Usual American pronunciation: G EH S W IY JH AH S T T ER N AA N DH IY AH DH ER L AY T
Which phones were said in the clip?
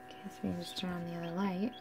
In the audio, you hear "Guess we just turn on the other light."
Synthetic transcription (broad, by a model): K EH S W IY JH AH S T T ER AA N DH IY AH DH ER L AY T